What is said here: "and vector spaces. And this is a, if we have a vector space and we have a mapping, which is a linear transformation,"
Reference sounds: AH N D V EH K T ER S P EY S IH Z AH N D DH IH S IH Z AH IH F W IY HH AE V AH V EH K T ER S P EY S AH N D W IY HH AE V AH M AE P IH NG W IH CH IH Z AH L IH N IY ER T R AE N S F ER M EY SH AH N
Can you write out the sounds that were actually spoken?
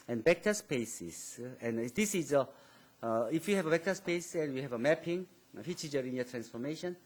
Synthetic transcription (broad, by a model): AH N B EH K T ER S P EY S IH S AH N D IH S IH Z AH IH F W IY HH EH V AH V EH K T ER S P EY S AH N W IY HH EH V AH M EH P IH NG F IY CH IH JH AH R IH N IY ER T R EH N S F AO M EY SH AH N